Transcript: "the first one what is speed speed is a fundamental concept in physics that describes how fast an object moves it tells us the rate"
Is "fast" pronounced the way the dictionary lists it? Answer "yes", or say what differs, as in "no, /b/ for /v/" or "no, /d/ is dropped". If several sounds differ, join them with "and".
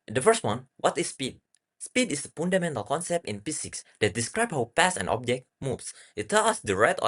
no, /p/ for /f/ and /t/ is dropped